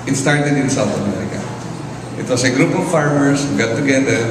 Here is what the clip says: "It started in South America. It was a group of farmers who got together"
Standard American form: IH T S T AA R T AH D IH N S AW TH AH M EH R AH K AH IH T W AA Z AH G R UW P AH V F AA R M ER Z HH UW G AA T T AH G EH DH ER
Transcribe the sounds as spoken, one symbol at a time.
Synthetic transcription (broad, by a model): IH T S T AA R T AH D IH N S AW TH AH M EH R AH K AH IH T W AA S AH G R UW P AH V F AA R M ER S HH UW G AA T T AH G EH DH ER